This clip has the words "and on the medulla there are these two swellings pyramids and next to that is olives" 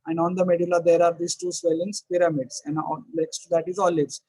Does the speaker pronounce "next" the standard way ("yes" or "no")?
no